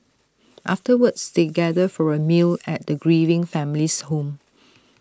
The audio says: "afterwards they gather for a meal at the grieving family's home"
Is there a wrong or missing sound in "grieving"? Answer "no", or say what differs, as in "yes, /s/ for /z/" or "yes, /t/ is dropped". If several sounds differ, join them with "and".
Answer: no